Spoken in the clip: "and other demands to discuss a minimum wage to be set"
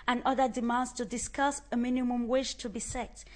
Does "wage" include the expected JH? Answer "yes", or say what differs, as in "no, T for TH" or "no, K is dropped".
no, SH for JH